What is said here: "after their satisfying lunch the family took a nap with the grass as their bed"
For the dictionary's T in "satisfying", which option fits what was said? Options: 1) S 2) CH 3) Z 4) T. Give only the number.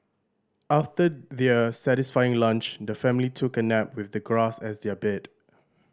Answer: 4